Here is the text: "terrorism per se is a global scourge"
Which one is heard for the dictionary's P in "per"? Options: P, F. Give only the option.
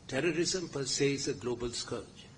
P